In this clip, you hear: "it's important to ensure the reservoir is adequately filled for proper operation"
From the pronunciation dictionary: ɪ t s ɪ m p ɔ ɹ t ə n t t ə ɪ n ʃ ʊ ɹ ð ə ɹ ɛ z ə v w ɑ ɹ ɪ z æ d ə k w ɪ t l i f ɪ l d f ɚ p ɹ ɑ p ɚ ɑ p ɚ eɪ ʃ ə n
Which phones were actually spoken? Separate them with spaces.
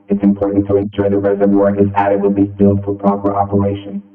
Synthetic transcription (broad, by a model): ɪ t s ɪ m p ɔ ɹ t n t t ə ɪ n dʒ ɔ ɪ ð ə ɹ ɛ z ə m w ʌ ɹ ɪ z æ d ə w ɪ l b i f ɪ l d f ɚ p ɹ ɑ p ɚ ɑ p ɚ eɪ ʃ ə n